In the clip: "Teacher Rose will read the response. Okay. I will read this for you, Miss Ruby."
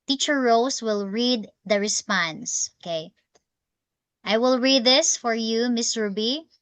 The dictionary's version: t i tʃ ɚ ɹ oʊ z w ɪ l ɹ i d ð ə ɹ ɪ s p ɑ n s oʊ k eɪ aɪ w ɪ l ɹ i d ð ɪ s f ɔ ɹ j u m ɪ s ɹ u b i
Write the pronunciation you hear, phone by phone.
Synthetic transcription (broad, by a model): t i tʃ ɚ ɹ oʊ s w ɪ l ɹ i d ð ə ɹ ɪ s p ɑ n s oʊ k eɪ aɪ w ɪ l ɹ i d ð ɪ s f ɔ ɹ j u m ɪ s ɹ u b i